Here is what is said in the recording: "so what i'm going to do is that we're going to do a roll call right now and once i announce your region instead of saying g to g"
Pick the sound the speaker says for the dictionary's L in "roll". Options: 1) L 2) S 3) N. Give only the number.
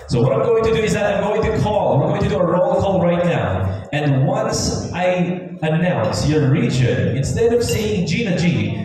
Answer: 1